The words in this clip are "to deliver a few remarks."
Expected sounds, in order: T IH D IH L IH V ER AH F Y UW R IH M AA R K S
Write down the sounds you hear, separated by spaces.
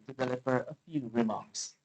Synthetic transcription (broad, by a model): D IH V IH L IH P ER AH F Y UW R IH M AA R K S